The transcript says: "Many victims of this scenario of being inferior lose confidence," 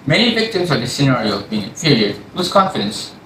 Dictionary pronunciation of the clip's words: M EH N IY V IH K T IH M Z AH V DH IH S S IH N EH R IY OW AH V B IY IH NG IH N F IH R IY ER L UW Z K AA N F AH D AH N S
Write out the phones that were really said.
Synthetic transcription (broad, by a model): M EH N IY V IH K T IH M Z AH V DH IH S S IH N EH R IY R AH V B IY IH NG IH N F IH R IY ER W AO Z K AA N F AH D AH N S